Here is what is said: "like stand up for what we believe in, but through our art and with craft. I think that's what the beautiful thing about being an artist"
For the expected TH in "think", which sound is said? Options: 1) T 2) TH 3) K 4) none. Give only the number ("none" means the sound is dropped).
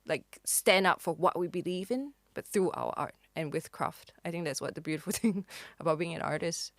2